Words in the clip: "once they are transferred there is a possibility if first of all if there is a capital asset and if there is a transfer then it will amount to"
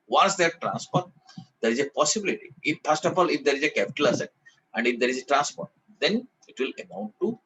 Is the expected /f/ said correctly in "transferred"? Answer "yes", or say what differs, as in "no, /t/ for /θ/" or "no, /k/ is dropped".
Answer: no, /p/ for /f/